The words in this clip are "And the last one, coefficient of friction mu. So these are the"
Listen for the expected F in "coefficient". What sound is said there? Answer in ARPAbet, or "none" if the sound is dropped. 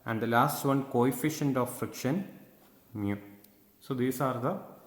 F